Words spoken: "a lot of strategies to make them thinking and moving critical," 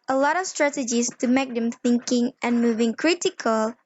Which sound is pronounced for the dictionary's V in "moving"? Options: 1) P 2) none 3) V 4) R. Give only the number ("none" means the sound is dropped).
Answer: 3